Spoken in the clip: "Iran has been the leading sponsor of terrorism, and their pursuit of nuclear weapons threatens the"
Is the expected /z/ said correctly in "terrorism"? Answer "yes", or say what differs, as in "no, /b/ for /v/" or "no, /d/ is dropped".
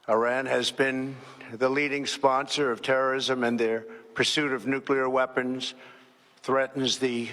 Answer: yes